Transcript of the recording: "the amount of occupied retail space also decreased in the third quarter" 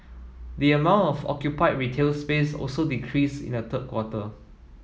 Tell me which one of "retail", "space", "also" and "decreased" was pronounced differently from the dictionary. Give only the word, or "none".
decreased